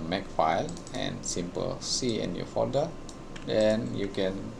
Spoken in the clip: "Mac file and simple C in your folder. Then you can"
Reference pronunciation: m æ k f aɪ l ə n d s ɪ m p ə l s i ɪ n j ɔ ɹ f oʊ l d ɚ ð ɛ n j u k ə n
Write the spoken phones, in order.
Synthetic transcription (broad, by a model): m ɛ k f aɪ l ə n s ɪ m p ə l s i ɪ n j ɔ f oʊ d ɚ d ɛ n j u k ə n